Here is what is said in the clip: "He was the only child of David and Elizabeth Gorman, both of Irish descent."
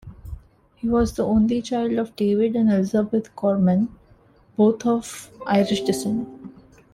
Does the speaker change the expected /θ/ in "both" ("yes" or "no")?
yes